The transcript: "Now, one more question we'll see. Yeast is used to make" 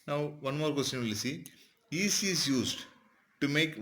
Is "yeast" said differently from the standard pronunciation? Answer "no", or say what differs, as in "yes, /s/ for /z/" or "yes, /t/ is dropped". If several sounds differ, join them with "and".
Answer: yes, /t/ is dropped